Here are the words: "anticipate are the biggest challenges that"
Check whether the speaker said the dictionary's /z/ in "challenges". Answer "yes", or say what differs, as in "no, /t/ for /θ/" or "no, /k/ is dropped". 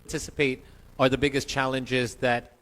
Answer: yes